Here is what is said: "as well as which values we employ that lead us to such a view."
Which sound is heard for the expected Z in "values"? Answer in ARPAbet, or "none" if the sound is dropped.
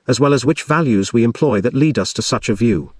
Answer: Z